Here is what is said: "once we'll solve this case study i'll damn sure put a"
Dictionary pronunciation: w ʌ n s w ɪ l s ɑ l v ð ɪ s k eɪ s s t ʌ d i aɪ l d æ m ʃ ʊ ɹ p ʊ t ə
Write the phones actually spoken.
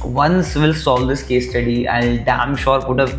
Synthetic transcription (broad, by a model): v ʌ n s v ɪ l s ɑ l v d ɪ s k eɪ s s t ʌ d i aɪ n d æ m ʃ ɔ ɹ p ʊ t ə